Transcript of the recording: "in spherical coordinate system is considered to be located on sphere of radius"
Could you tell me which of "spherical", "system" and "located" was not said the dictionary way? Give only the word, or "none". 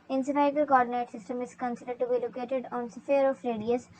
spherical